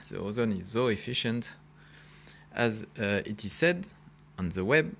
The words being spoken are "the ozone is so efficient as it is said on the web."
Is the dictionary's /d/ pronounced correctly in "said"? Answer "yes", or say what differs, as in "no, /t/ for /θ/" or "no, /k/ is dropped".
yes